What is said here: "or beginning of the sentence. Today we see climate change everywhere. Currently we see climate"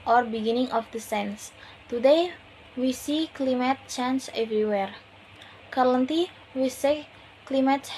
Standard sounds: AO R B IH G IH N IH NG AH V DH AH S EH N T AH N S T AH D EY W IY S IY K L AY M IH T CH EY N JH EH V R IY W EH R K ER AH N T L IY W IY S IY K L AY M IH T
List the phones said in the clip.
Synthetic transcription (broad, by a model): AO R B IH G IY N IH NG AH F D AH S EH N N S T AH D EY W IY S IY K L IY M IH T CH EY N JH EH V R IY W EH R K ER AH N T IY W IY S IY K L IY M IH T